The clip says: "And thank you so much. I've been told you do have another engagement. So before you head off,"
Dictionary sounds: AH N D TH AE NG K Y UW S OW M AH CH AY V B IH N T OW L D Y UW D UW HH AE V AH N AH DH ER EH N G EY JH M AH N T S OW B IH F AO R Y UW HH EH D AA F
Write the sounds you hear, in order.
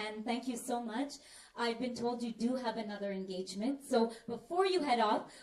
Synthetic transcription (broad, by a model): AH N TH AE NG K Y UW S OW M AH CH AY V B IH N T OW L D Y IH D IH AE V AH N AH DH ER EH N G EY JH M AH N T S OW B IH F AO R Y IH HH EH D AA F